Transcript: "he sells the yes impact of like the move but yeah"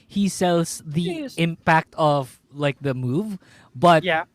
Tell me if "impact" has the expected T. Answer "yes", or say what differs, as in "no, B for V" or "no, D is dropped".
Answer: yes